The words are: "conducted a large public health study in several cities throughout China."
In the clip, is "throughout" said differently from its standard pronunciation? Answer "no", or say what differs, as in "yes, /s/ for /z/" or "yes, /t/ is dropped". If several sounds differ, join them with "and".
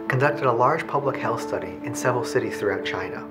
no